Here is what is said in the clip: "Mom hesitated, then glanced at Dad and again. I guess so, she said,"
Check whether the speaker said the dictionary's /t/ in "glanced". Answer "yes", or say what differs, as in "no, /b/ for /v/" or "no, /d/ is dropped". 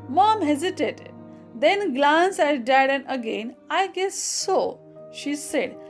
no, /t/ is dropped